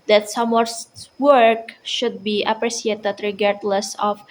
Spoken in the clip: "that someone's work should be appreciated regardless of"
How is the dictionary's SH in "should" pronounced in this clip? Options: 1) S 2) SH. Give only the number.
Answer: 2